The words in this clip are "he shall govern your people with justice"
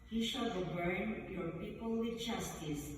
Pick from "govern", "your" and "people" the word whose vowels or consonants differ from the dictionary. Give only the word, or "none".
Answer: govern